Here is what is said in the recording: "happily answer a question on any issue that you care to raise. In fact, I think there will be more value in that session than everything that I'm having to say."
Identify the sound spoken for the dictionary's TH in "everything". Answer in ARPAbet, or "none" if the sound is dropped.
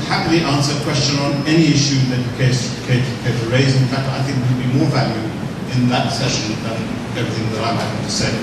TH